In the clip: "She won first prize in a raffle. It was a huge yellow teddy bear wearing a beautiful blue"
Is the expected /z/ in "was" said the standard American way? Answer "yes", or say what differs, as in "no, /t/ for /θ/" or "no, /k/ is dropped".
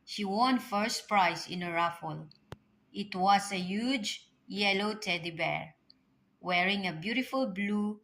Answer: no, /s/ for /z/